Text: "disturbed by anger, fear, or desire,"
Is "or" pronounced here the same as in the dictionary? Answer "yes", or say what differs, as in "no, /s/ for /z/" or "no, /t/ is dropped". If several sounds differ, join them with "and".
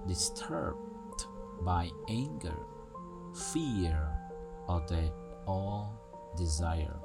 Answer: no, /l/ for /ɹ/